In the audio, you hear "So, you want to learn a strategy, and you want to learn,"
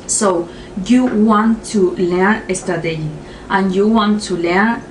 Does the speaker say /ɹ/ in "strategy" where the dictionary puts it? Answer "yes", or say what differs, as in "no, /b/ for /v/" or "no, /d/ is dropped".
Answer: no, /ɹ/ is dropped